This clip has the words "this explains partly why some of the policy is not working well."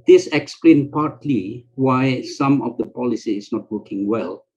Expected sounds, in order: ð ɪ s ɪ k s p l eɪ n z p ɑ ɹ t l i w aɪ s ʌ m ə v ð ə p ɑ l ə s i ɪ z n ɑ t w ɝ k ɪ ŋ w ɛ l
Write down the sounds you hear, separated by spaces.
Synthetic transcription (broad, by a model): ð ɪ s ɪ k s p l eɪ n p ɑ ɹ t l i w aɪ s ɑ m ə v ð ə p ɑ l ə s i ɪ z n ɑ t w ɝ k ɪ ŋ w ɛ l